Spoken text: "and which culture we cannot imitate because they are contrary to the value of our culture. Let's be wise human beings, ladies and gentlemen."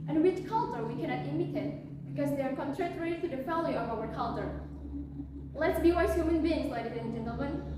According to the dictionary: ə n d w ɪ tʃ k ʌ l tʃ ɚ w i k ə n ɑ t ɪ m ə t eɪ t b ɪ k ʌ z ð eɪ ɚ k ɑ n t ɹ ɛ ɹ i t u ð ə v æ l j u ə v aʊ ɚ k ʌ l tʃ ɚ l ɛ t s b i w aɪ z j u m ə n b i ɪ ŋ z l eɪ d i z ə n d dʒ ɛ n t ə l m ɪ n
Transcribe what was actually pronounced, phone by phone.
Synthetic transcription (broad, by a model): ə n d w ɪ tʃ k ʌ l tʃ ɚ w i k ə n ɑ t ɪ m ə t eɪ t b ɪ k ʌ z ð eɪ ɚ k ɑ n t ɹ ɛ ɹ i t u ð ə f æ l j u ə v aʊ ɚ k ʌ l tʃ ɚ l ɛ t s b i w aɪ s j u m ə n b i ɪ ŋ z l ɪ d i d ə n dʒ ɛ n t l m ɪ n